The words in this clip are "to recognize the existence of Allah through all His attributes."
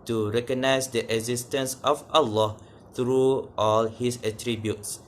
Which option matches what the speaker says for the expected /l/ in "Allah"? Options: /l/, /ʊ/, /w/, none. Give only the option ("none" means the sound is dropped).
/l/